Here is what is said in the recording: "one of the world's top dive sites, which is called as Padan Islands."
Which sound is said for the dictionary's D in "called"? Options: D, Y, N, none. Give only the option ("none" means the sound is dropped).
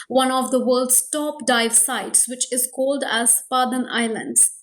D